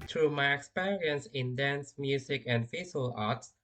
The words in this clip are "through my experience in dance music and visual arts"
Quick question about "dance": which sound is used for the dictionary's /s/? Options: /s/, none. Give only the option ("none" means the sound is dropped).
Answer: /s/